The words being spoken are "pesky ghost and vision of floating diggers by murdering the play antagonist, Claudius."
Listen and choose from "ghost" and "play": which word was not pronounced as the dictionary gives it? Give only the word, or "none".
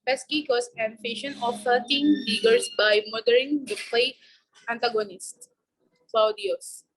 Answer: ghost